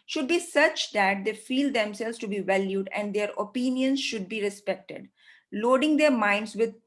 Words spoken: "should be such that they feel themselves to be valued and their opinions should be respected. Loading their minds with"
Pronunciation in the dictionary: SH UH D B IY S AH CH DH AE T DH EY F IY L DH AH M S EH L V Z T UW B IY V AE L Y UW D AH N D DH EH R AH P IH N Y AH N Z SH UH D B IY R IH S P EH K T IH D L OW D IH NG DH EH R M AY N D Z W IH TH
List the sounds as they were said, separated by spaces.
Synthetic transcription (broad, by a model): SH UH D B IY S AH CH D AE T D EY F IY L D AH M S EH L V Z T UW B IY V AE L Y UW D AH N D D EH R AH P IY N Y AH N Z SH UH D B IY R IH S P EH K T IH D L OW D IH NG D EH R M AY N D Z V IH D